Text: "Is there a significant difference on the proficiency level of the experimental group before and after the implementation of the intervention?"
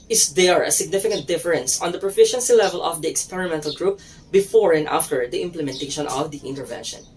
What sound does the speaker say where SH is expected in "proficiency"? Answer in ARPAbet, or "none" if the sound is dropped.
SH